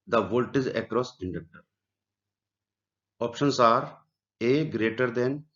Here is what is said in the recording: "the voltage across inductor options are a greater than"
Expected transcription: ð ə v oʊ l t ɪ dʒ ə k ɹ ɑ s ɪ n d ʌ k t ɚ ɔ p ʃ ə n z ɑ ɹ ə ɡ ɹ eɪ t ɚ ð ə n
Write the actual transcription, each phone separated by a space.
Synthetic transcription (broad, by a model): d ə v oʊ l t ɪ z ə k ɹ ɑ s ɪ n d ʌ k t ɚ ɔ p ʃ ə n s ɑ ɹ ə ɡ ɹ eɪ t ɚ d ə n